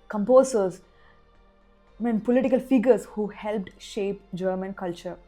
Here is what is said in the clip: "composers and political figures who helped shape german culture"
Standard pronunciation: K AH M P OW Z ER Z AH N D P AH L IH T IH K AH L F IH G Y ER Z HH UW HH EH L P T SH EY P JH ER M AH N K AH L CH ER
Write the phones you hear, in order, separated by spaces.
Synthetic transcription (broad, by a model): K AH M P OW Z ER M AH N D P AH L IH T IH K AH L F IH G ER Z HH UW HH EH L P T SH EY P JH ER M AH N K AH L CH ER